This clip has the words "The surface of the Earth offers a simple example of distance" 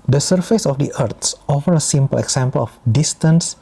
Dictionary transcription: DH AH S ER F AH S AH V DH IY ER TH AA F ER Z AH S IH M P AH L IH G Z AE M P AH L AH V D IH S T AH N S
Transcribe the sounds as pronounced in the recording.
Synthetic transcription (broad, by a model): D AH S ER F AH S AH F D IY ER T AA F ER AH S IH M P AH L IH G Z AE M P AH L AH F D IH S T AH N S